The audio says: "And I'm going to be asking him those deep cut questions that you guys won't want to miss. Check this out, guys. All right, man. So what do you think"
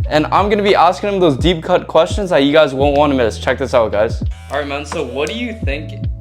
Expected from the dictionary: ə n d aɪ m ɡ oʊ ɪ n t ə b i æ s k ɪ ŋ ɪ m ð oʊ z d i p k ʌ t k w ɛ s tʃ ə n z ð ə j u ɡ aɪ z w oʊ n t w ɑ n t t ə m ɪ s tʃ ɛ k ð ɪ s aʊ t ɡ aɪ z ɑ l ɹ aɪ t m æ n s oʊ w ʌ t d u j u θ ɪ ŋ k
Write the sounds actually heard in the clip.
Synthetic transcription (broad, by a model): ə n aɪ m ɡ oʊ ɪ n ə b i æ s k ɪ ŋ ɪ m ð oʊ z d i p k ʌ t k w ɛ s tʃ ə n z ð ə j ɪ ɡ aɪ z w oʊ n t w ɑ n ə m ɪ s tʃ ɛ k ð ɪ s aʊ t ɡ aɪ z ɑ ɹ aɪ t m æ n s oʊ w ʌ t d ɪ j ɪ θ ɪ ŋ k